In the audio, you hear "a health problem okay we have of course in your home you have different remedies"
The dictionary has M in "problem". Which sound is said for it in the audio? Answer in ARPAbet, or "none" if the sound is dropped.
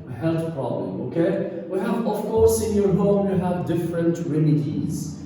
none